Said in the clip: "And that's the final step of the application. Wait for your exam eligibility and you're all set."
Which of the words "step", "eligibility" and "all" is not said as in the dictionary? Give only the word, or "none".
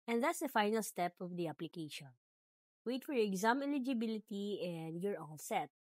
all